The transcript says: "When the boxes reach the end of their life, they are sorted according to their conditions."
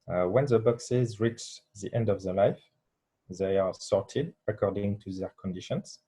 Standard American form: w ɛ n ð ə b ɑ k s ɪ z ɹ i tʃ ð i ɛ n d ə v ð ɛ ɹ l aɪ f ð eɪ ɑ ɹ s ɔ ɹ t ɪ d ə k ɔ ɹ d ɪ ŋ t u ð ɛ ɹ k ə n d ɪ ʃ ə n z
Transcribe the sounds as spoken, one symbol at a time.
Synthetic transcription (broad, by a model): w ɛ n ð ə b ɑ k s ɪ z ɹ i tʃ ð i ɛ n d ə v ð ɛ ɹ l aɪ f ð eɪ ɑ ɹ s ɔ ɹ t ɪ d ə k ɔ ɹ d ɪ ŋ t u ð ɛ ɹ k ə n d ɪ ʃ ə n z